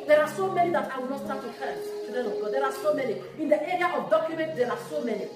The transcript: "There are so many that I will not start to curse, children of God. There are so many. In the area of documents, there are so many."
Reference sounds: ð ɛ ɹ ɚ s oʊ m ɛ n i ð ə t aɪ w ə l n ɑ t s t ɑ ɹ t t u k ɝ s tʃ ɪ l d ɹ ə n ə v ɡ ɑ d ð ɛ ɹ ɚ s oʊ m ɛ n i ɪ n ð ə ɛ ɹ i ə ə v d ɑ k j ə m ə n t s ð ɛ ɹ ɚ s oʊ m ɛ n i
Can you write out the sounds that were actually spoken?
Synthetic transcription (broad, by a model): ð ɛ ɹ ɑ s oʊ m ɛ n i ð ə t aɪ w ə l n ɑ t s t ɑ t t u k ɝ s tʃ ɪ d ə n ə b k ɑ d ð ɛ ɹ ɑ s oʊ m ɛ n i ɪ n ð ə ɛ ɹ i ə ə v d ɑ k j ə m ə n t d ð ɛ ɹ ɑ s oʊ m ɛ n i